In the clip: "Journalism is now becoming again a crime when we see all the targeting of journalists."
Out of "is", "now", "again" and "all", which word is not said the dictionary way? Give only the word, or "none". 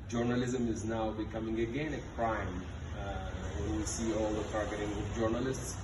none